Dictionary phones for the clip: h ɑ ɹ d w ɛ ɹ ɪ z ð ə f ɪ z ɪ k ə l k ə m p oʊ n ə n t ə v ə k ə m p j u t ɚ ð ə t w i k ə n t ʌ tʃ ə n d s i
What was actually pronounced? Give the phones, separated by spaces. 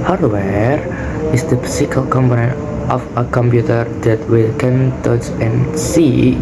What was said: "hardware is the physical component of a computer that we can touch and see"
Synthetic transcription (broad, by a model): h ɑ ɹ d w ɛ ɹ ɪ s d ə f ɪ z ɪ k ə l k ə m p oʊ n ə n t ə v ə k ə m p j u t ɚ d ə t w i k ə n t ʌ s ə n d s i